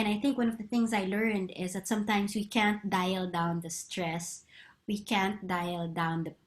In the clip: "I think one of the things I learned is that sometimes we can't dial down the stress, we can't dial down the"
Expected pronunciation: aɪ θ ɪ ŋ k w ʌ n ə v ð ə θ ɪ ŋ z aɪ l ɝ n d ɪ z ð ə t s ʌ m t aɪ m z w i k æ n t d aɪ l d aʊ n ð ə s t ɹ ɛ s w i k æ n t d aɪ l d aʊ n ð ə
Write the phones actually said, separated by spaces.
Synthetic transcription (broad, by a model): aɪ θ ɪ ŋ k w ʌ n ə v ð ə θ ɪ ŋ z aɪ l ɝ n d ɪ z ð ə t s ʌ m t aɪ m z w i k æ n t d aɪ l d aʊ n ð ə s t ɹ ɛ s w i k æ n t d aɪ l d aʊ n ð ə